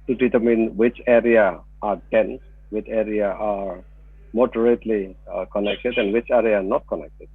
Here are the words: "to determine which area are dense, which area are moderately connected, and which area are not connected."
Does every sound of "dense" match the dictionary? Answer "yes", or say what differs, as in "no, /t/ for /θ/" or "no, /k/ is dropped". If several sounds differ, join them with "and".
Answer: no, /s/ is dropped